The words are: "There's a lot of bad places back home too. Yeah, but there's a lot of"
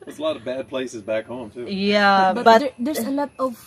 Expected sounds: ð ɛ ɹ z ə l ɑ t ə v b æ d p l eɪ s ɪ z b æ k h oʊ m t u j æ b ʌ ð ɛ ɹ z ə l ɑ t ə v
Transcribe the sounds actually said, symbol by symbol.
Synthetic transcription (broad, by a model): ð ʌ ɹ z ə l ɑ t ə v b æ d p l eɪ s ɪ z b æ k h oʊ m t u j æ b ʌ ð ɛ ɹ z ə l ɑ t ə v